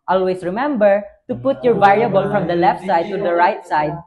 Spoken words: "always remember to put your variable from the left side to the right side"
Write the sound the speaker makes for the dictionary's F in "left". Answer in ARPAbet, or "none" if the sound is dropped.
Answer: F